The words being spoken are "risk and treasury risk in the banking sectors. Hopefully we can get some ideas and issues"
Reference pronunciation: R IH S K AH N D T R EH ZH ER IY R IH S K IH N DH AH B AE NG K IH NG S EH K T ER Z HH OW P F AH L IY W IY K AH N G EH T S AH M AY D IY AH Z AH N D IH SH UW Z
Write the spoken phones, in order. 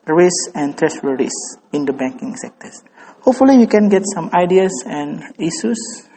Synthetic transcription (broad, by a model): R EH S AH N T R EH S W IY R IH S IH N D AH B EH NG K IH NG S EH K T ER S HH OW P F AH L IY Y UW K AH N G EH T S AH M AY D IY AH S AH N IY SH UW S